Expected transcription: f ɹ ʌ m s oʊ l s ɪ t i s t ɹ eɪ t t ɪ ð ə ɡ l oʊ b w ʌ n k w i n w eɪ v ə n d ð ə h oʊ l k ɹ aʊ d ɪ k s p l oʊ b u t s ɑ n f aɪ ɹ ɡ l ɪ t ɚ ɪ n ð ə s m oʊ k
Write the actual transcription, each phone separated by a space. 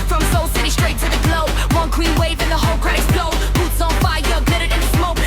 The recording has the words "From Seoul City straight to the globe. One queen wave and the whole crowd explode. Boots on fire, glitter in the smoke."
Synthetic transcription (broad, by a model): f ɹ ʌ m s oʊ l s ɪ t i s t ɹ eɪ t t ɪ ð ə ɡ l oʊ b w ʌ n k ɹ i n w eɪ v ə n ð ə h oʊ l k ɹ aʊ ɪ s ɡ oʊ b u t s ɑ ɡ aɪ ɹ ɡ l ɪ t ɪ ɪ n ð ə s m oʊ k